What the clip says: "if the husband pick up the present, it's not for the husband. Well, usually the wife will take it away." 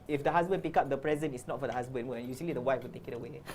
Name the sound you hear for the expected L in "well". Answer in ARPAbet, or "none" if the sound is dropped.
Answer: N